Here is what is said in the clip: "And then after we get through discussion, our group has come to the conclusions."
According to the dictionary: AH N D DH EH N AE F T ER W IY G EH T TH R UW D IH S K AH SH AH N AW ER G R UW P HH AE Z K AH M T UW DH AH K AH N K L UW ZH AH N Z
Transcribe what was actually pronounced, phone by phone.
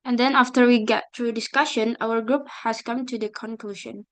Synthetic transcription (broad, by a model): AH N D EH N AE F T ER W IY G EH T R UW D IH S K AH SH AH N AW ER G R UW P HH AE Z K AH M T UW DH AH K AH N K L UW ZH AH N